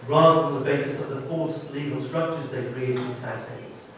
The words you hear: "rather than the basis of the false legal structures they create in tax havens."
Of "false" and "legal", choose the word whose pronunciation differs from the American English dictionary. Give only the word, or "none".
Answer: false